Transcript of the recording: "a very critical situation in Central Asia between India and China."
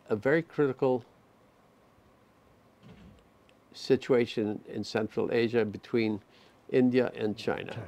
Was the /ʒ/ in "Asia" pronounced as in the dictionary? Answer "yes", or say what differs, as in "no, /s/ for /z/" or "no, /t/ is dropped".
yes